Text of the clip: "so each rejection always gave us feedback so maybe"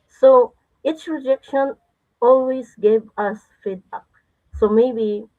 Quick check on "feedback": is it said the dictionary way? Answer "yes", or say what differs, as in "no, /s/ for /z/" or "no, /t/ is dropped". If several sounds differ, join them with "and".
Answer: no, /b/ is dropped